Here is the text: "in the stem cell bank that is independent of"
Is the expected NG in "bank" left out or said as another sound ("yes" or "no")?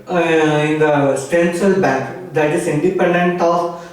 yes